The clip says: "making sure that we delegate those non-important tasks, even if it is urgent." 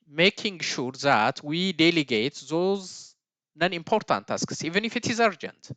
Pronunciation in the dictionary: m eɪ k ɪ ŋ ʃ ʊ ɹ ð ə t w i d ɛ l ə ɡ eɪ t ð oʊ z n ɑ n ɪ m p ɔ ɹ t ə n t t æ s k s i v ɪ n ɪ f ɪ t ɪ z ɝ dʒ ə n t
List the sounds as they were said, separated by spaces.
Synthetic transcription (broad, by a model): m eɪ k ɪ ŋ ʃ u ɹ ð ə t w i d ɛ l ə ɡ eɪ t ð oʊ z n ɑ n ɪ m p ɔ ɹ t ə n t t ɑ s k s i v ɪ n ɪ f ɪ t ɪ z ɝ dʒ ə n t